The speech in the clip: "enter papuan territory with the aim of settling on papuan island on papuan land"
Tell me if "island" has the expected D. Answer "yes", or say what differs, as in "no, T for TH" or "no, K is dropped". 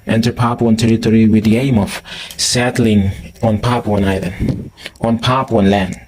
no, D is dropped